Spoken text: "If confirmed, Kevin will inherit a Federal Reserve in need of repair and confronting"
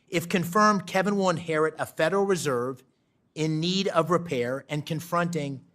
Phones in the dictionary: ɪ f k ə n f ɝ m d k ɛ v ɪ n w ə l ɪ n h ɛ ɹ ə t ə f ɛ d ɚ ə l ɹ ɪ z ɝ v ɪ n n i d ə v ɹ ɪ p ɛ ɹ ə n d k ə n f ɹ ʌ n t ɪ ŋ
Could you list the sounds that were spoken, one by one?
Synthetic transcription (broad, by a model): ɪ f k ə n f ɝ m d k ɛ v ɪ n w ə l ɪ n h ɛ ɹ ə t ə f ɛ d ɚ l ɹ ɪ z ɝ v ɪ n n i d ə v ɹ ɪ p ɛ ɹ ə n k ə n f ɹ ʌ n t ɪ ŋ